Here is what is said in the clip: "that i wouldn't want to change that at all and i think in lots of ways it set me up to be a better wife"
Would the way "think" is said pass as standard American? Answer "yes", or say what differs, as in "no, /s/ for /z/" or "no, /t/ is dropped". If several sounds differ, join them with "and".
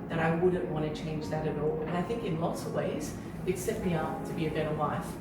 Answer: yes